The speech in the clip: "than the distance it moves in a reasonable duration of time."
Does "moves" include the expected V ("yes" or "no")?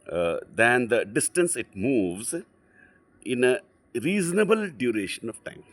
yes